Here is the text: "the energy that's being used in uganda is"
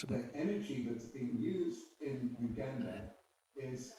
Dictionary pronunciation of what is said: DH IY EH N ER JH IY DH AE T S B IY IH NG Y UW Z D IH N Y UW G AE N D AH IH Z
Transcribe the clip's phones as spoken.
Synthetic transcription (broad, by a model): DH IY EH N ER JH IY DH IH T S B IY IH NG Y UW Z D IH N Y UW G AE N D AH IH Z